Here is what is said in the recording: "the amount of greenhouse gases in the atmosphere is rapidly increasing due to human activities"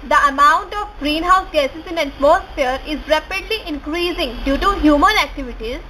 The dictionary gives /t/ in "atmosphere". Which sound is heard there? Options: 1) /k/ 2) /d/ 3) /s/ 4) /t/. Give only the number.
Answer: 3